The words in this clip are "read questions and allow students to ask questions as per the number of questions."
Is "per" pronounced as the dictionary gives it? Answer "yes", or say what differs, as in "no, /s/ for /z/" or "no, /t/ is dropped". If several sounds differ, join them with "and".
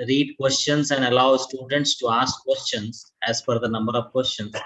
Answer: no, /f/ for /p/